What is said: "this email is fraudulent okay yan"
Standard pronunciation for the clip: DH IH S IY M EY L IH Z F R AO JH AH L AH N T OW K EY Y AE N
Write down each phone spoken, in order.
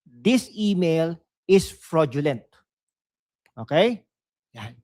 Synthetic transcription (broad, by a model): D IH S IY M EY L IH S F R AO JH AH L AH N T OW K EY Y